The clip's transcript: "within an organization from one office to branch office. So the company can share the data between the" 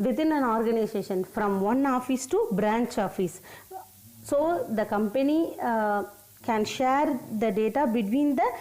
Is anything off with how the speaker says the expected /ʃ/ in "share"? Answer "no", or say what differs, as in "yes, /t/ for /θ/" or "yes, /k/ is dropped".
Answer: no